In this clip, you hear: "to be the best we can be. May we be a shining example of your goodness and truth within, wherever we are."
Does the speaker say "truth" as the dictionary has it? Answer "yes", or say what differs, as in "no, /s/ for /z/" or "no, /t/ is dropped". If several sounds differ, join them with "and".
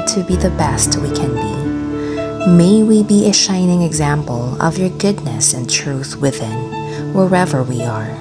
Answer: yes